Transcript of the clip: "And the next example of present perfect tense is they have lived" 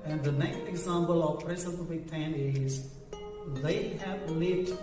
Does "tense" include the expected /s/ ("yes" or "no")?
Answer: no